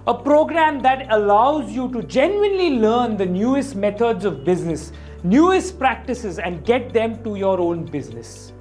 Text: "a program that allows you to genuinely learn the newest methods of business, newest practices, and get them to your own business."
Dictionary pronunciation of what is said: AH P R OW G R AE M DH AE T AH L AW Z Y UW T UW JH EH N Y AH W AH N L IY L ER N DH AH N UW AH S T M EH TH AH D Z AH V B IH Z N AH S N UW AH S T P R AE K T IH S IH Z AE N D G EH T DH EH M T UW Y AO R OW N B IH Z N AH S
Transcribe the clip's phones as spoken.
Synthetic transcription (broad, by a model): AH P R OW G R AE M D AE T AH L AW Z Y UW T UW JH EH N Y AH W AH N L IY L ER N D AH N UW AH S T M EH T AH D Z AH V B IH Z N AH S N UW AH S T P R AE K T IH S IH Z AE N D G EH T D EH M T UW Y AO R OW N B IH Z N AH S